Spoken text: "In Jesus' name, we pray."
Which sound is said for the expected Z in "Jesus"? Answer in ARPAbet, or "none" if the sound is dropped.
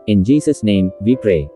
S